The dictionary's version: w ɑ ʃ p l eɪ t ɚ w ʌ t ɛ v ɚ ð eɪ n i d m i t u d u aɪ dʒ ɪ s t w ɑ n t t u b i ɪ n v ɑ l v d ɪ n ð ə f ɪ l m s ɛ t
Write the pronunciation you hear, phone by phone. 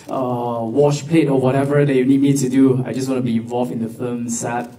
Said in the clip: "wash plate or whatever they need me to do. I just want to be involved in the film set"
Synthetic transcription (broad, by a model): w ɑ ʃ p l eɪ t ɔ w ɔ t ɛ v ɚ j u n i d m i t u d u aɪ dʒ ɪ s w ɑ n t t u b i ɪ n v ɑ l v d ɪ n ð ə f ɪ m s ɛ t